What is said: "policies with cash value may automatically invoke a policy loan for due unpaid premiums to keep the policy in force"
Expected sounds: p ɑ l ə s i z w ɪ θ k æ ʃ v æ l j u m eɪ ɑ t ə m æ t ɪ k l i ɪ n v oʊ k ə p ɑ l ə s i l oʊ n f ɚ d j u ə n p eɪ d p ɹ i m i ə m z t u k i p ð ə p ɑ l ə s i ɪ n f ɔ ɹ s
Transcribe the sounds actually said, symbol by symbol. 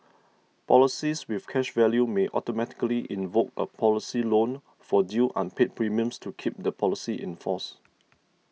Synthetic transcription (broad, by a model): p ɑ l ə s i s w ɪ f k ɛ ʃ v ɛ l j u m eɪ ɑ t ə m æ t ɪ k l i ɪ n v oʊ k ə p ɑ l ə s i l oʊ n f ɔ d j u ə n p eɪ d p ɹ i m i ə m s t u k i p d ə p ɑ l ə s i ɪ n f ɔ s